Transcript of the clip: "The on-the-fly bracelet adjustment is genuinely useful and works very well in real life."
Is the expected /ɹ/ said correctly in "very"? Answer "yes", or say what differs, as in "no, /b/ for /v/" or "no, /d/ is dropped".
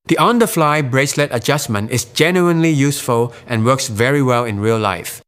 yes